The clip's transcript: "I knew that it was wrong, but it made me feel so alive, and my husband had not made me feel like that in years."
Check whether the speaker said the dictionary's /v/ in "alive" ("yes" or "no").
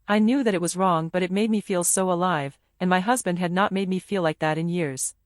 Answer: yes